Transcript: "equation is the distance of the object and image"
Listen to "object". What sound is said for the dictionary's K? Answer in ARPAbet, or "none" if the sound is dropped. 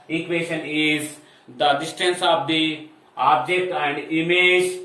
K